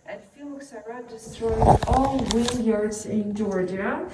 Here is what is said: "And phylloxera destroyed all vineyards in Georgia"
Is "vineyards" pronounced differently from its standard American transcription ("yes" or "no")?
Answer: yes